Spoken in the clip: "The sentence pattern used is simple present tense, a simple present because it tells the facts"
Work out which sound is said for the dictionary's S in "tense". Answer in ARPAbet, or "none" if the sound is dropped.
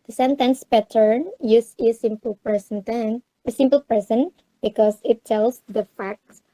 none